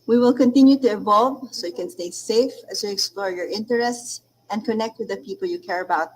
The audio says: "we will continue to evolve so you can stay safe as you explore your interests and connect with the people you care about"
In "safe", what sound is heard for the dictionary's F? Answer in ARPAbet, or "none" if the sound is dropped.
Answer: F